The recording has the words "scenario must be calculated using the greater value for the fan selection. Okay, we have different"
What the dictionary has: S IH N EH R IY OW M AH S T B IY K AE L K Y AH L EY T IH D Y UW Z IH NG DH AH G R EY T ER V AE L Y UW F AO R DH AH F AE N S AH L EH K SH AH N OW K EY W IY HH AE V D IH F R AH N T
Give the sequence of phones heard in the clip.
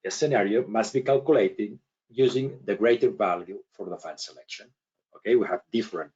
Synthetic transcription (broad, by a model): S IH N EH R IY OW M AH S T B IY K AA L K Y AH L EY T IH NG Y UW Z IH NG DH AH G R EY T ER V AE L Y UW F AO R DH AH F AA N S AH L EH K SH AH N OW K EY W IY HH AE V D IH F R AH N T